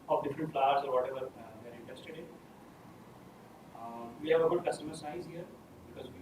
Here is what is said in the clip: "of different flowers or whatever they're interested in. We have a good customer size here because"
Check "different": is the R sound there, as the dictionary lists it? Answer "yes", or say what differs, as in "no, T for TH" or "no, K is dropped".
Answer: yes